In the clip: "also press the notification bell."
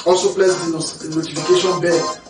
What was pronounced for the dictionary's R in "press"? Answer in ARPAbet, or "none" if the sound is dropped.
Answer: L